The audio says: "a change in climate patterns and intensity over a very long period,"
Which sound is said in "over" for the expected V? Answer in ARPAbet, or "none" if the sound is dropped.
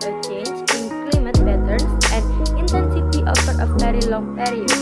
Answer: F